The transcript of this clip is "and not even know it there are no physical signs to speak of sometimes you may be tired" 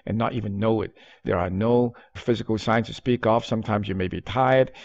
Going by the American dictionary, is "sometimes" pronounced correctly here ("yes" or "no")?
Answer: yes